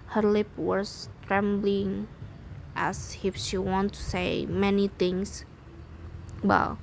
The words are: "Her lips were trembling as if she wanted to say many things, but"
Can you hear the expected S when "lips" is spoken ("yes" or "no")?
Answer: no